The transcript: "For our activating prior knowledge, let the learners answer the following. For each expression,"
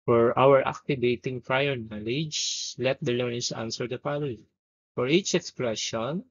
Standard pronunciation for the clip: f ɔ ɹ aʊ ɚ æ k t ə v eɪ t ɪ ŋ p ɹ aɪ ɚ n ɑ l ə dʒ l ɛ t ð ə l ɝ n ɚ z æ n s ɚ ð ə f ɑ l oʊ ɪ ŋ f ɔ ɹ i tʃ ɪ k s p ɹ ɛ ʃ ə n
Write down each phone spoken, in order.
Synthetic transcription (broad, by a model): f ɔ ɹ aʊ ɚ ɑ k t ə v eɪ t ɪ ŋ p ɹ aɪ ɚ n ɑ l ə dʒ l ɛ t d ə l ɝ n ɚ s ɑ n s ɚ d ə p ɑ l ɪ f ɔ ɹ i tʃ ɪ k s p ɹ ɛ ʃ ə n